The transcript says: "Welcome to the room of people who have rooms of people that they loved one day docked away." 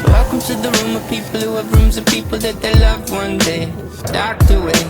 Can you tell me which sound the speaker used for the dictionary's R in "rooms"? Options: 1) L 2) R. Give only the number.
2